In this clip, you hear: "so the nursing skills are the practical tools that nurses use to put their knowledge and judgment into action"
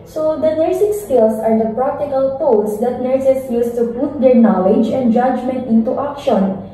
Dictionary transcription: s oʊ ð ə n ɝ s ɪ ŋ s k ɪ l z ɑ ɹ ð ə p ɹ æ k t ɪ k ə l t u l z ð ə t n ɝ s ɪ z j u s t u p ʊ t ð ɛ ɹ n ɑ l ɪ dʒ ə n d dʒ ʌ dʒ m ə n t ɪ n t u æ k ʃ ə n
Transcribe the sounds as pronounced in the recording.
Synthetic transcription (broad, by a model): s oʊ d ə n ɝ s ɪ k s k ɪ l s ɑ ɹ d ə p ɹ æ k t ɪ k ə l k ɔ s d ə t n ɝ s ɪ s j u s t u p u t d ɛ ɹ n ɑ l ɪ dʒ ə n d dʒ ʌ dʒ m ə n t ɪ n t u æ k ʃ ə n